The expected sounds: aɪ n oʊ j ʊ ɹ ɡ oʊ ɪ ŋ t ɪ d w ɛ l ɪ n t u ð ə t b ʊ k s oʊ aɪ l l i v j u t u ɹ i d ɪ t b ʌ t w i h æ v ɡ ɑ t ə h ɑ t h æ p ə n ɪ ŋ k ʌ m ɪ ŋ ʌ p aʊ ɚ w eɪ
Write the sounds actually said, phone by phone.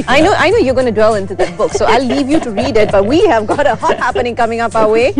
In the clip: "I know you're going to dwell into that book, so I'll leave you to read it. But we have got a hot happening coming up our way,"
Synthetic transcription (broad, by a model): aɪ n oʊ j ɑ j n oʊ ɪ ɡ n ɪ d w ɛ l ɪ n t u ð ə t b ʊ k s oʊ aɪ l l i v j u t u ɹ i d ɪ t b ʌ t w i h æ v ɡ ɑ t ə h ɑ t h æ p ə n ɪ ŋ k ʌ m ɪ ŋ ʌ p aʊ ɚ w eɪ